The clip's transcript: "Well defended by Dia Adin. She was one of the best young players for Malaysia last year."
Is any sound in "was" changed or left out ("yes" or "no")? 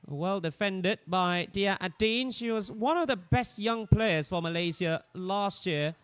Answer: no